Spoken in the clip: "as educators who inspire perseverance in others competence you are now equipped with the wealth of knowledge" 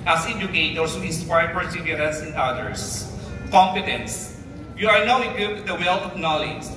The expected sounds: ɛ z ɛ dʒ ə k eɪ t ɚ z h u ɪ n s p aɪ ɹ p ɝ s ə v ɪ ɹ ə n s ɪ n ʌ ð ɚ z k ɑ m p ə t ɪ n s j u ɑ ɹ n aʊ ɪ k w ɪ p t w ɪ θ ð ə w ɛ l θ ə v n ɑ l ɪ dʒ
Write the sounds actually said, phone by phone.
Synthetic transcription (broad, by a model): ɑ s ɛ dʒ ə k eɪ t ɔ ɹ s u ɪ n s p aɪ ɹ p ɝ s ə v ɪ ɹ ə n s ɪ n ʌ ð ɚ s k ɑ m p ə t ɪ n s j u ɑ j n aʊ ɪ w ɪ t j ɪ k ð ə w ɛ l t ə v n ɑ l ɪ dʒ